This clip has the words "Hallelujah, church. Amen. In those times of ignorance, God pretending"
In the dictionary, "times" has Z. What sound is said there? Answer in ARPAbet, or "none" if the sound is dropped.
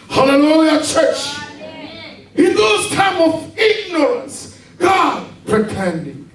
none